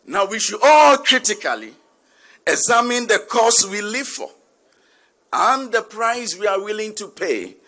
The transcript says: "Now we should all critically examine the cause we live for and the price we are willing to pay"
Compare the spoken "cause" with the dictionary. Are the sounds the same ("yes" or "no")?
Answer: no